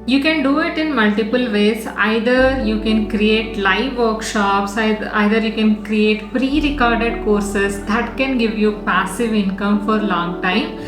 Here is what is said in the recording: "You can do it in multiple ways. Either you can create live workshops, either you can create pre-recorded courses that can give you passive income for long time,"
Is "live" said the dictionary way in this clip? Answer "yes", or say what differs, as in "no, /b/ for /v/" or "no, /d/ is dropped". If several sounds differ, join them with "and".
yes